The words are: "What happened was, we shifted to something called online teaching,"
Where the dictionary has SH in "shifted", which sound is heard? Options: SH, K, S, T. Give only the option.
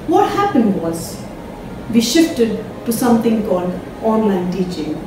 SH